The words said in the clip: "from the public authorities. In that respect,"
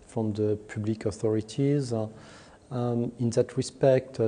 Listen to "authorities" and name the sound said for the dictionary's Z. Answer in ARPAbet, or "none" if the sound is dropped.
Z